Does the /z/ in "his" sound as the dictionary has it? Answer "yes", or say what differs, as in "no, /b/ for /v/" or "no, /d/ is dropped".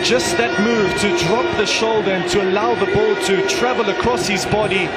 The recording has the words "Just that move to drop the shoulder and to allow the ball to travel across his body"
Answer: yes